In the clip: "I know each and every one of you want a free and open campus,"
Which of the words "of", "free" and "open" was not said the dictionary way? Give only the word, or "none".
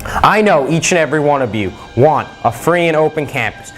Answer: none